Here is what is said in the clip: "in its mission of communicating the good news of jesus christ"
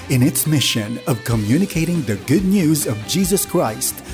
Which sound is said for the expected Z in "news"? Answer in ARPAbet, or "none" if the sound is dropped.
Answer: Z